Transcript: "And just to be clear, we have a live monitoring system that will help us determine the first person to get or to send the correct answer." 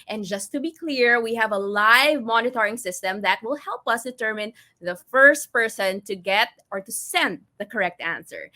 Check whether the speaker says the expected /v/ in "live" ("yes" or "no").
yes